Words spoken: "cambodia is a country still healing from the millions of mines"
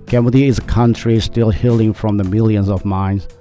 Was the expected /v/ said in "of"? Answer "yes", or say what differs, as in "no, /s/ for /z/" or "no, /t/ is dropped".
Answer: yes